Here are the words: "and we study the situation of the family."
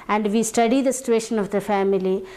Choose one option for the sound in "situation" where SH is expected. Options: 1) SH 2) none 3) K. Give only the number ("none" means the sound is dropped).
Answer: 1